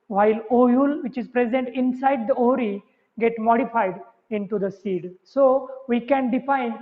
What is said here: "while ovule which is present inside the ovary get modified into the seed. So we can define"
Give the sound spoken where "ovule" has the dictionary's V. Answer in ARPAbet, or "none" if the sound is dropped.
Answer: none